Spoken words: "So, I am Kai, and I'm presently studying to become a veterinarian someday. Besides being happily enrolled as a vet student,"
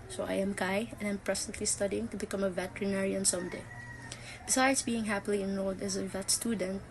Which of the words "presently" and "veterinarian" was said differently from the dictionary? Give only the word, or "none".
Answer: presently